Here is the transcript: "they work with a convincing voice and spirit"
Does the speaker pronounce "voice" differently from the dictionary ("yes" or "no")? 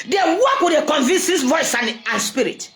no